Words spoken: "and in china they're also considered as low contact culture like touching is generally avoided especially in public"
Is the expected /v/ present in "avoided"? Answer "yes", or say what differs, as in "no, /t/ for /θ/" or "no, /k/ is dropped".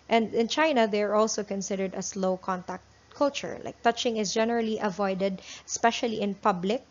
yes